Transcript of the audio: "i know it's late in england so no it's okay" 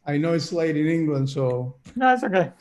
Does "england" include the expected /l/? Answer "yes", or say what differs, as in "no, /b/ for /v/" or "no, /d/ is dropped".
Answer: yes